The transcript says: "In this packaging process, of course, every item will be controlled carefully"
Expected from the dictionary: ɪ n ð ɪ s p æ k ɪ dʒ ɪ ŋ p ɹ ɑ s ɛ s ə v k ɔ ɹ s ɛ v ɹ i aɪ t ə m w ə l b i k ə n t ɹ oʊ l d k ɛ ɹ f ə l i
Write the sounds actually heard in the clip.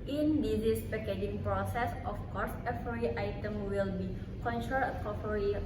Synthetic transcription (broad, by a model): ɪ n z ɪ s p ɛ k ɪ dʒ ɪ ŋ p ɹ ɑ s ɛ s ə f k ɔ ɹ s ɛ f ɹ i aɪ t ə m w ə l b i k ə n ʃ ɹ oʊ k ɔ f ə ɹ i